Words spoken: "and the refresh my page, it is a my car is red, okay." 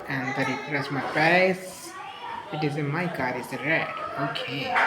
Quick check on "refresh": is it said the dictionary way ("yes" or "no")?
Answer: no